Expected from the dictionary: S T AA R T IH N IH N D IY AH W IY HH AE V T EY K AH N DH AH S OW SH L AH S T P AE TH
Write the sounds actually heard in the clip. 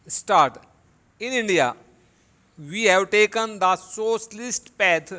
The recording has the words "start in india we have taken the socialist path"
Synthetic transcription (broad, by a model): S T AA R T IH N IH N D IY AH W IY HH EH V T EY K AH N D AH S OW S L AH S T P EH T